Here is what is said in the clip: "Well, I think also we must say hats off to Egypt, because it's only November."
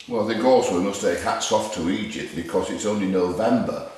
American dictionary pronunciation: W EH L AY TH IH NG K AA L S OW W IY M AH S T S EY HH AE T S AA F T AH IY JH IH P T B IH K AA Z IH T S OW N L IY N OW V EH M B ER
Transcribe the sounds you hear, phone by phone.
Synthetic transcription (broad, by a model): W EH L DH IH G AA S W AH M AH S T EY HH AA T S AA F T AH IY JH IH P T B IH K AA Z IH T S OW N L IY N OW V EH M B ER